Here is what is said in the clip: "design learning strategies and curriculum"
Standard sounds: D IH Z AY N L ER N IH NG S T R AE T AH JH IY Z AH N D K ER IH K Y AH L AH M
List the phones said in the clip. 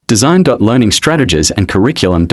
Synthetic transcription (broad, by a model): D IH Z AY N L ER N IH NG S T R AE T AH JH IY Z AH N K ER IH K Y L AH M